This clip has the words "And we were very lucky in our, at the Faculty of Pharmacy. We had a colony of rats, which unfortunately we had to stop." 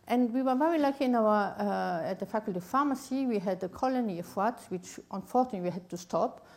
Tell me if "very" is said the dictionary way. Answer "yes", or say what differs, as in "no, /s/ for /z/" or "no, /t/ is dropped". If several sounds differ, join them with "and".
yes